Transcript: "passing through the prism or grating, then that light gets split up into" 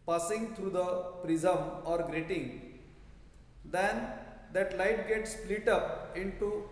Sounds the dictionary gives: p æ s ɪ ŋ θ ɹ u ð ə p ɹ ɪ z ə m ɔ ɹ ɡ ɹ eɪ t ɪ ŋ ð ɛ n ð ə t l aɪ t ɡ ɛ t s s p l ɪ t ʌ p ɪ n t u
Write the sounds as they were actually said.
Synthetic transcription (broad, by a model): p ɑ s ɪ ŋ t ɹ u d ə p ɹ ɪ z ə m ɔ ɹ ɡ ɹ eɪ t ɪ ŋ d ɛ n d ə t l aɪ t ɡ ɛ t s s p l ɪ t ʌ p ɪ n t u